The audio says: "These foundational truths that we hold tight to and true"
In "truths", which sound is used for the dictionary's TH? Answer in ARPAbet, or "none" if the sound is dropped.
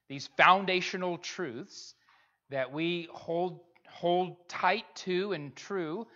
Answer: TH